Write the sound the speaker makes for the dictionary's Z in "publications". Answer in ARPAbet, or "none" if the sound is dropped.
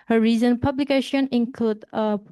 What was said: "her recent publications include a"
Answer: none